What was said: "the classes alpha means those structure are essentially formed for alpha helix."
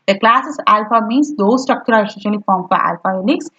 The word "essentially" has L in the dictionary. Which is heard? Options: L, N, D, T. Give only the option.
N